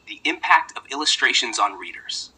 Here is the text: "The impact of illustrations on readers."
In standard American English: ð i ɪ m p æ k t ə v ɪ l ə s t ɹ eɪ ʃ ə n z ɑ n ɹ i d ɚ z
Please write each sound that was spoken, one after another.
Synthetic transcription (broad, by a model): ð i ɪ m p æ k t ə v ɪ l ə s t ɹ eɪ ʃ ə n z n ɹ i d ɚ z